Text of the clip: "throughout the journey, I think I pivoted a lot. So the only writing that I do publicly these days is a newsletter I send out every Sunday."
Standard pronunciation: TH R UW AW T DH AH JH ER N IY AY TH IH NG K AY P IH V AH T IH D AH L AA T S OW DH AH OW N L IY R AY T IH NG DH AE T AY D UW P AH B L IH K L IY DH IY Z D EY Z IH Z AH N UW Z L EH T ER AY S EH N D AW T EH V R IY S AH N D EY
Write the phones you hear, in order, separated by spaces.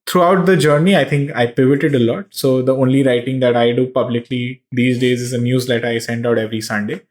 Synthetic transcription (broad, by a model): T R UW AW T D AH JH ER N IY AY T IH NG K AY P IH V AH T IH D AH L AA T S OW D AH OW N L IY R AY T IH NG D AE T AY D UW P AH B L IH K L IY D IY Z D EY Z IH Z AH N UW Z L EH T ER AY S EH N D AW T EH V R IY S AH N D EY